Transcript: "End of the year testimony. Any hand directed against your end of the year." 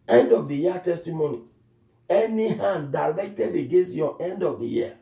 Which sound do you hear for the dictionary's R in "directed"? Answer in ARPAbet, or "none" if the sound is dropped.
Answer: L